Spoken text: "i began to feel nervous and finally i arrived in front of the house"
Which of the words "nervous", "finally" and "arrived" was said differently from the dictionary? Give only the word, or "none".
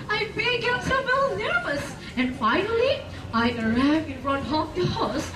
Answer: arrived